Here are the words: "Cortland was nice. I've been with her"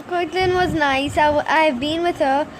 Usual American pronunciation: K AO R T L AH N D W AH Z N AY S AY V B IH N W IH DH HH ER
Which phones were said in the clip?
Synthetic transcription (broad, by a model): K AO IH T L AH N W AH Z N AY S AY V B IH N W IH DH HH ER